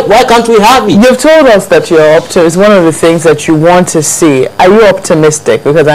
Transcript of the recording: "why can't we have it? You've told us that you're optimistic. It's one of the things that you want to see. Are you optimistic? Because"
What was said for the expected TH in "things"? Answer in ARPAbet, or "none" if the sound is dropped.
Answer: TH